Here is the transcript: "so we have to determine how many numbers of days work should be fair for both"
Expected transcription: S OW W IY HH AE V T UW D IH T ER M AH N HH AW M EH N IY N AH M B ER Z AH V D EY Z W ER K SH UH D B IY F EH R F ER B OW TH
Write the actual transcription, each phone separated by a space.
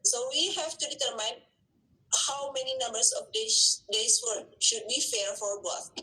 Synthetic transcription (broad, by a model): S OW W IY HH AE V T UW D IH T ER M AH N HH AW M EH N IY N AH M B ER S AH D D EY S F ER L SH UH D B IY F EH R F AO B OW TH